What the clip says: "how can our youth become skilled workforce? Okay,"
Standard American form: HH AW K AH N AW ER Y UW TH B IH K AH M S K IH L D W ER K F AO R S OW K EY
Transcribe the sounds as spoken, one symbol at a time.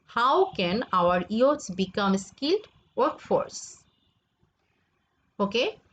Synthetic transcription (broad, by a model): HH AW K AH N AW ER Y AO S B IH K AH M S K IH L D W ER K F AO R S OW K EY